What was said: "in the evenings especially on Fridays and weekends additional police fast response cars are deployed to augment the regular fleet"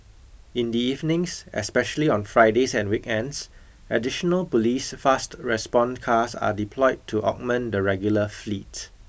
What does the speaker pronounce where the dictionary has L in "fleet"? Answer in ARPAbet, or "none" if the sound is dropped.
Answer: L